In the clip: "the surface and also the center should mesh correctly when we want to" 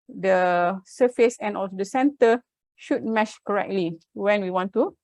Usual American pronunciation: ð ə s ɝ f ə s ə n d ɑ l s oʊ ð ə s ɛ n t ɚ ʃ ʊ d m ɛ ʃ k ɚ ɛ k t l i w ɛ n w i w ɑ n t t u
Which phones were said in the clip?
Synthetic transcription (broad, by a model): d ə s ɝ f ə s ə n ɑ l s oʊ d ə s ɛ n t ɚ ʃ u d m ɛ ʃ k ɚ ɛ k t l i w ɛ n w i w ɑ n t t u